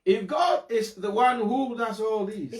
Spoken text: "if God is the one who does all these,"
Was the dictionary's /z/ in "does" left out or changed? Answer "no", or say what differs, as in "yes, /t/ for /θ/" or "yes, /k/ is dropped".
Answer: yes, /s/ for /z/